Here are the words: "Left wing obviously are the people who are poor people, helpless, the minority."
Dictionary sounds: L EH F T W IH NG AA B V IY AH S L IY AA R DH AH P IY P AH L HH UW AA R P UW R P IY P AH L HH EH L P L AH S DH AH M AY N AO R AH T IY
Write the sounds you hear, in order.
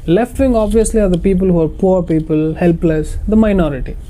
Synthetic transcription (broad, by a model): L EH F T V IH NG AA B V IY AH S L IY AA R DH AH P IY P AH L HH UW AA R P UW R P IY P AH L HH EH L P L AH S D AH M AY N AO R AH T IY